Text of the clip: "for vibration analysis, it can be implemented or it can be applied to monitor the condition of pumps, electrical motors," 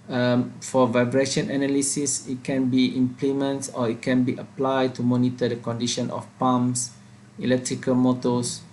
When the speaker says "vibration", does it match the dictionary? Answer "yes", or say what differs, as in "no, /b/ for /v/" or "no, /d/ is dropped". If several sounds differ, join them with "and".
yes